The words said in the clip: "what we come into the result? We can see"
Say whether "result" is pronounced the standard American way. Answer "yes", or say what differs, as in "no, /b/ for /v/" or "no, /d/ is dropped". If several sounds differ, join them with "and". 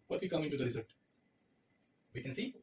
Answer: no, /l/ is dropped